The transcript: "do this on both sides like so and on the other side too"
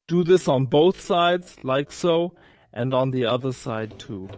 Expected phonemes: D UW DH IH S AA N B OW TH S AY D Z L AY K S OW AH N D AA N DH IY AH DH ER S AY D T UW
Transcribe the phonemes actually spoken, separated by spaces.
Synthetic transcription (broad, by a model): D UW DH IH S N B OW TH S AY D Z L AY K S OW AH N D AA N DH IY AH DH ER S AY D T UW